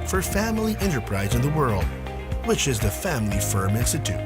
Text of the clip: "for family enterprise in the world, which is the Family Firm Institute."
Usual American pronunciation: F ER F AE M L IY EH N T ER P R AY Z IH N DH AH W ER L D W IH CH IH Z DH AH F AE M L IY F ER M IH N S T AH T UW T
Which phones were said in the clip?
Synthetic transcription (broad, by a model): F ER F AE M L IY EH N T ER P R AY Z IH N DH AH W ER L D W IH CH IH Z DH AH F AE M L IY F ER M IH N S T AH T UW T